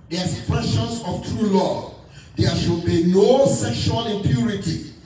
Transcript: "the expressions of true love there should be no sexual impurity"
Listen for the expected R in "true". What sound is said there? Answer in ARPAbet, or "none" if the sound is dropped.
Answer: R